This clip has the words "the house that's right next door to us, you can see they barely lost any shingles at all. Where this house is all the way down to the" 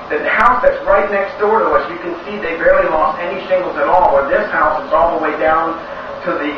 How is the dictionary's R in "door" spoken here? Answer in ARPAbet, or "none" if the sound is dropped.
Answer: R